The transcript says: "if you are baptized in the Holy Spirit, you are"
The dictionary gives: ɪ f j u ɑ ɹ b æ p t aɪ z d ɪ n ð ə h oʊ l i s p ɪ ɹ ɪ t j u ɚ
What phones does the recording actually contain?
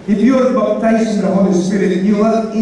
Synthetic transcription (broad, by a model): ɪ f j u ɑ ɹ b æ t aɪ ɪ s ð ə h oʊ l i s p ɪ ɹ ɪ t j u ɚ